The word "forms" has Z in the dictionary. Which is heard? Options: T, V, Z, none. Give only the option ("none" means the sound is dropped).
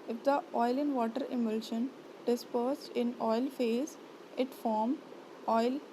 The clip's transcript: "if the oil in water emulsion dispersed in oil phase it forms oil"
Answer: none